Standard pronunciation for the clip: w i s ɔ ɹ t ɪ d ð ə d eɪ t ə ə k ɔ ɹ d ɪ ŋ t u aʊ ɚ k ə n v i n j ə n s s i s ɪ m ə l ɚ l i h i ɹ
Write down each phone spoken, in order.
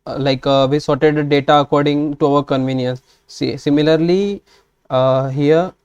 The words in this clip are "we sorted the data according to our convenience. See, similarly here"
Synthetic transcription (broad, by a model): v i s ɔ ɹ t ɪ d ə d eɪ t ə ə k ɔ ɹ d ɪ ŋ t u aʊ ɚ k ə n v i n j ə n s s i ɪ m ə l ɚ l i h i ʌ